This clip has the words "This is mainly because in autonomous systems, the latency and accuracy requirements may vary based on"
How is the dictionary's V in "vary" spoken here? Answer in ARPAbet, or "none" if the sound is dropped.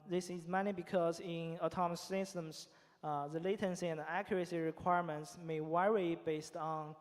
W